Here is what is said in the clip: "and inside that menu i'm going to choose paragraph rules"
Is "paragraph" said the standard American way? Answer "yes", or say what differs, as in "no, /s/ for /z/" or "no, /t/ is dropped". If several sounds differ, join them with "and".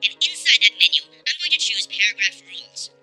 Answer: yes